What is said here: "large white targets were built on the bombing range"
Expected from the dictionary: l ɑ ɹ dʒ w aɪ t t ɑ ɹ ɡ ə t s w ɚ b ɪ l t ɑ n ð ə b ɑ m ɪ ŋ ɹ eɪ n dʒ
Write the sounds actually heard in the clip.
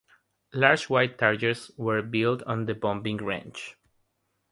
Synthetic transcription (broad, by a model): l ɑ ɹ dʒ w aɪ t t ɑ ɹ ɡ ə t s w ɚ b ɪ l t ɑ n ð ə b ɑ m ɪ ŋ ɹ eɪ n tʃ